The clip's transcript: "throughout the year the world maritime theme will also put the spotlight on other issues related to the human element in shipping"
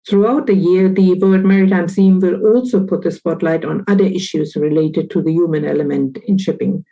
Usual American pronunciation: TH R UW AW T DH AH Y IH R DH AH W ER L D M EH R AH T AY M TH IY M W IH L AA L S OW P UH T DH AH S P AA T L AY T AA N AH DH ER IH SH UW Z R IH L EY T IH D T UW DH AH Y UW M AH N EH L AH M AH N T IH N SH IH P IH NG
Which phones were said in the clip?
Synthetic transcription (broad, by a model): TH R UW AW T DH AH Y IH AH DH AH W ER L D M EH R AH T AY M S IY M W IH L AA L S OW P UH T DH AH S P AA T L AY T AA N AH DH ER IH SH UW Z R IH L EY T IH D T UW DH AH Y UW M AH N EH L AH M AH N T IH N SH IH P IH NG